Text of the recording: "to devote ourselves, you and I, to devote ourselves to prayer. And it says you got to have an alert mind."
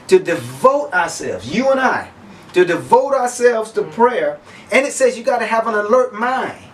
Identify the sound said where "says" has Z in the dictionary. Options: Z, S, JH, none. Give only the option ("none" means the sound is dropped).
Z